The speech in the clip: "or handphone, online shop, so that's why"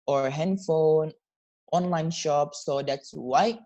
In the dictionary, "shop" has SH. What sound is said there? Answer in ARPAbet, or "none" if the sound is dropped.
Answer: SH